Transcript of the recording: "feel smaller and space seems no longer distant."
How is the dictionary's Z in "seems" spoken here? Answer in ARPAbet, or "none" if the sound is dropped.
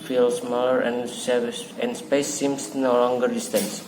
S